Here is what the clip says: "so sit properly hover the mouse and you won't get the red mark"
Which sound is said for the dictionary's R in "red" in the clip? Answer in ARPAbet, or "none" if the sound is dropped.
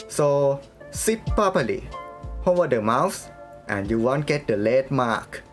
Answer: L